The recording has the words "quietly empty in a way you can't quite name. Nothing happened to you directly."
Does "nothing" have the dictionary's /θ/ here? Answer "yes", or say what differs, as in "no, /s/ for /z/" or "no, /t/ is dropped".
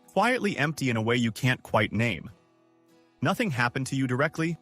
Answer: yes